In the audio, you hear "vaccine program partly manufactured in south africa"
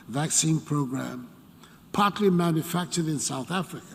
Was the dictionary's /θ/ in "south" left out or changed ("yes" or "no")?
no